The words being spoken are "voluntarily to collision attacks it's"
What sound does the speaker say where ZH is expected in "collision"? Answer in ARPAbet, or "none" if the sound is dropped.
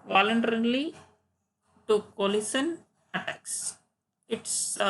S